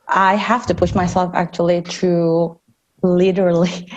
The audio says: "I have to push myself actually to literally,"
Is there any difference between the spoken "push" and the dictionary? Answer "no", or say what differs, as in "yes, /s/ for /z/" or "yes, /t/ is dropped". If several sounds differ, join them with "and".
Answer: no